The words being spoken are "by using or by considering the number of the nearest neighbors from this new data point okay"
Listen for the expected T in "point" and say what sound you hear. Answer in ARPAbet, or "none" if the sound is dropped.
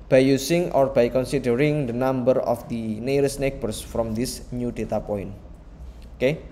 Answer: none